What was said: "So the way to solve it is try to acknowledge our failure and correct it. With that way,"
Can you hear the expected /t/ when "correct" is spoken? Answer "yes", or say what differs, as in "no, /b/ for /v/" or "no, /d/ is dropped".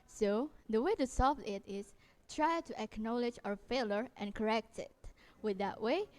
yes